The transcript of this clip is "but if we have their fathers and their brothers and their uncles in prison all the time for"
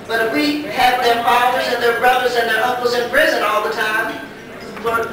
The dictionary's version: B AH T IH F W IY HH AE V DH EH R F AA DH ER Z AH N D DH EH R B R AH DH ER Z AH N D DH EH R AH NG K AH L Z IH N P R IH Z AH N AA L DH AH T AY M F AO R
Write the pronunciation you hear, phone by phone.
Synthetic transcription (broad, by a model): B AH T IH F W IY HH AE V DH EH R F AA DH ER Z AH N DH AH R B R AH DH ER Z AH N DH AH R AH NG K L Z IH N P R IH Z AH N AA L DH AH T AY M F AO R